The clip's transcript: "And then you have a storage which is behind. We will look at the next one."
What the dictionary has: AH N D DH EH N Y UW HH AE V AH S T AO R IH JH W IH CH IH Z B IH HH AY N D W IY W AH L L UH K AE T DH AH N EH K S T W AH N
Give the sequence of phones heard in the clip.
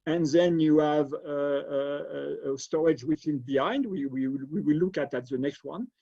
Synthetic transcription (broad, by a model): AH N DH EH N Y UW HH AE V AH S T AO R IH JH W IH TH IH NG B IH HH AY N D W IY W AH W L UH K AE T DH AH N EH K S T W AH N